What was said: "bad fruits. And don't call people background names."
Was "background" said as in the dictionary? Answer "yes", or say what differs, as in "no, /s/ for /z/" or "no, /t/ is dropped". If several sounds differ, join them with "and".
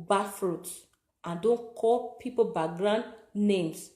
no, /k/ is dropped